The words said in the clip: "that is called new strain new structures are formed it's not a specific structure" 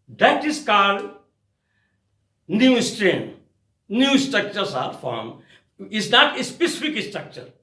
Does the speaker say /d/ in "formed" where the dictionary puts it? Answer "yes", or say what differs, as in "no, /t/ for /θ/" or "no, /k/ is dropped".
no, /d/ is dropped